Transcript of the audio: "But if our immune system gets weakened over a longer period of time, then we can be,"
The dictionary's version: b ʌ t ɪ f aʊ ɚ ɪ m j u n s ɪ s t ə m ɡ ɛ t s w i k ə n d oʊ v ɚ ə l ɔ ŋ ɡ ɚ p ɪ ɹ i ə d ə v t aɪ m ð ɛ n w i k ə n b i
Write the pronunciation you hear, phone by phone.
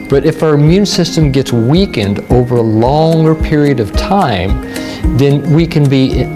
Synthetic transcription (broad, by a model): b ʌ t ɪ f aʊ ɚ ɪ m j u n s ɪ s t ə m ɡ ɛ t s w i k ə n d oʊ v ɚ ə l ɔ ŋ ɡ ɚ p ɪ ɹ i ə d ə v t aɪ m ð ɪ n w i k ə n b i